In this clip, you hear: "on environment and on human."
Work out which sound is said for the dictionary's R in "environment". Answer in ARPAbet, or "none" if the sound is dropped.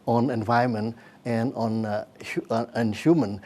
none